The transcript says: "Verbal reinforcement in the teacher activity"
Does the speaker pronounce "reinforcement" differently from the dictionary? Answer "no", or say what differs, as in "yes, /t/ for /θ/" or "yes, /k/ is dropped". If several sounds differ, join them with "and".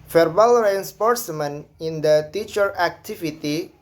yes, /p/ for /f/ and /t/ is dropped